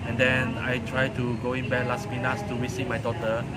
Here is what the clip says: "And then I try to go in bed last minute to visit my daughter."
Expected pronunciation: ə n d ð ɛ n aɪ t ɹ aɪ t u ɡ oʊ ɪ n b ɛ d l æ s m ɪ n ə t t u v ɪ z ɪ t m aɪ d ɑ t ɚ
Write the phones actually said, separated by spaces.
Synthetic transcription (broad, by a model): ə n d ɛ n aɪ t ɹ aɪ t u ɡ oʊ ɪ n b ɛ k l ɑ s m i n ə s t u w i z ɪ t m aɪ d ɑ t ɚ